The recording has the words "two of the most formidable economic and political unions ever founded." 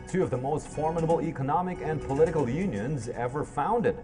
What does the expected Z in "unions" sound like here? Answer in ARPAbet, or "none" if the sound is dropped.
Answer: Z